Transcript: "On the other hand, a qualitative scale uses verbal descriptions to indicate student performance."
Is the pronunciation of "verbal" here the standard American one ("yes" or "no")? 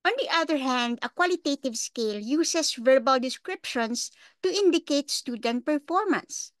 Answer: yes